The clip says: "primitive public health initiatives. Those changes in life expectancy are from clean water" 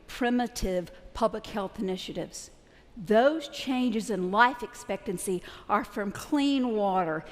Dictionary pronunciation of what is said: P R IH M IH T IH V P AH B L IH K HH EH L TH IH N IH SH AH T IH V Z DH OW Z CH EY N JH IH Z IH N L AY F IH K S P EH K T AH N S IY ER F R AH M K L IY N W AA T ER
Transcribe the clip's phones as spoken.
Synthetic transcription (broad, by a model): P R IH M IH T IH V P AH B L IH K HH EH L TH IH N IH SH AH T IH V Z DH OW Z CH EY N JH IH Z IH N L AY F IH K S P EH K T AH N S IY ER F R AH M K L IY N W AA T ER